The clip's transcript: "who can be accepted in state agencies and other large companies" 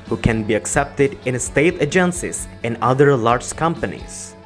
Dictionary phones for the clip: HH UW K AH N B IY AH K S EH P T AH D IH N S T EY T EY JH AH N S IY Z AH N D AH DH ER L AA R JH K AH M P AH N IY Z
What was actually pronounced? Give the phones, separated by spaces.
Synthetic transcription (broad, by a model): HH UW K AH N B IY AH K S EH P T AH D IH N S T EY T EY JH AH N S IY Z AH N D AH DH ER L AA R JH K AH M P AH N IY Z